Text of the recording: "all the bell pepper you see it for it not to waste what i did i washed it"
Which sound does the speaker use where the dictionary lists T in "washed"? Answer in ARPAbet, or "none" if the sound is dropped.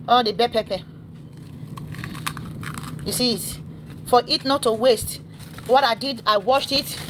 T